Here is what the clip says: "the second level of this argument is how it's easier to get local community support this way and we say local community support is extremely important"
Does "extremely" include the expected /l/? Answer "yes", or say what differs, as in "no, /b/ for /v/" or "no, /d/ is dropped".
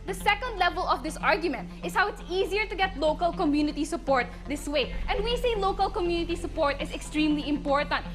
yes